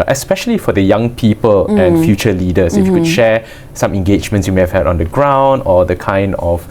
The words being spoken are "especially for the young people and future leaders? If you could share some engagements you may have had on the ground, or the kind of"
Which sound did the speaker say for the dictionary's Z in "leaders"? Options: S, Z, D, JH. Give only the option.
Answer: S